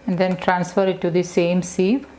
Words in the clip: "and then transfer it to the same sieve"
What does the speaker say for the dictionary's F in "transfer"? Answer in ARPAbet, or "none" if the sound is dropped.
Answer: F